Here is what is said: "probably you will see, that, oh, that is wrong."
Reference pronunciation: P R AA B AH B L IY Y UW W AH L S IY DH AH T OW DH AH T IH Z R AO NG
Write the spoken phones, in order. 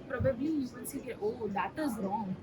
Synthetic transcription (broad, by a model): P R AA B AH B L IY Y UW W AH N S IY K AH T OW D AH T IH Z R AO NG